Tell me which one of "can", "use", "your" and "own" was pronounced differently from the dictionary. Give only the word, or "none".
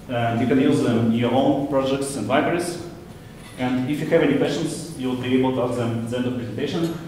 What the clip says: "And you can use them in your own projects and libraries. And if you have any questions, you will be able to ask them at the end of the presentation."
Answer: none